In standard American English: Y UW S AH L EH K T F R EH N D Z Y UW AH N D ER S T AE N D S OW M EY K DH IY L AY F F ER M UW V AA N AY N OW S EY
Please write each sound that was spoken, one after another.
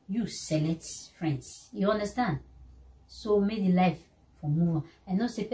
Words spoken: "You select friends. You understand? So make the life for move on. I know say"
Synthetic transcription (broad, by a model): Y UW S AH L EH T F R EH N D S Y UW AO N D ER S T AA N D S OW M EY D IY L AY F F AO M UW V AA N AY N OW S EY